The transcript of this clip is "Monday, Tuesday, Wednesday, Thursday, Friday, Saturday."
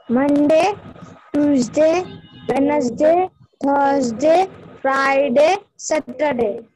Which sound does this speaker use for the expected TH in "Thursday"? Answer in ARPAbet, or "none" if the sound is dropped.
T